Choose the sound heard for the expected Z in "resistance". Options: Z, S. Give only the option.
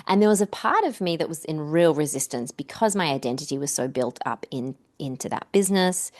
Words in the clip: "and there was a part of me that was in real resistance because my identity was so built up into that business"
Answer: Z